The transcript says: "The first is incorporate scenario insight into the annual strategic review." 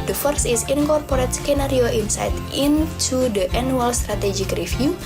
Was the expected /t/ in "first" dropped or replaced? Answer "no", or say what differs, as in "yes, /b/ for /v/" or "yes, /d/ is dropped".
yes, /t/ is dropped